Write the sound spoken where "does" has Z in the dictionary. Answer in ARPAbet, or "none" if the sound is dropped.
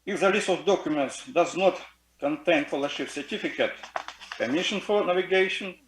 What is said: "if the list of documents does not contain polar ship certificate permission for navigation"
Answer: Z